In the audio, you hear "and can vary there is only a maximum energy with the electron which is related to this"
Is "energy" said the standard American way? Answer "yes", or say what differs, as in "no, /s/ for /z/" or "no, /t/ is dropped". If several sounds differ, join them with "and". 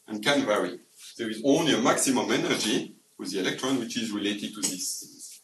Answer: yes